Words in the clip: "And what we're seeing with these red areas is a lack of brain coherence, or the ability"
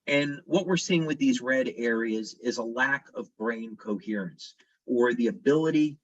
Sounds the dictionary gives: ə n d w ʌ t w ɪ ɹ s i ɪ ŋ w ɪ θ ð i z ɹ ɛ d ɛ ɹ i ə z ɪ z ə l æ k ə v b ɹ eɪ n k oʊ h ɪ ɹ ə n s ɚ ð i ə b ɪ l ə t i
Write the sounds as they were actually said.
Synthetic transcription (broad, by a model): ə n w ʌ t w ɪ ɹ s i ɪ ŋ w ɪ ð i z ɹ ɛ d ɛ ɹ i ə z ɪ z ə l æ k ə v b ɹ eɪ n k oʊ h ɪ ɹ ə n s ɚ ð i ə b ɪ l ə t i